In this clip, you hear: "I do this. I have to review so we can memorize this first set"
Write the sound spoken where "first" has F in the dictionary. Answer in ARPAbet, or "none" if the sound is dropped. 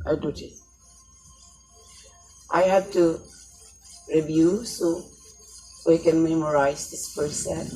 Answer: P